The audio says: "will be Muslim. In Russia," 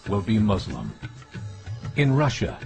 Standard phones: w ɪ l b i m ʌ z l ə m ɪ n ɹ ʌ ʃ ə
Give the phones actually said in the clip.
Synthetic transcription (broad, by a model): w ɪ l b i m ʌ z l ə m ɪ n ɹ ʌ ʃ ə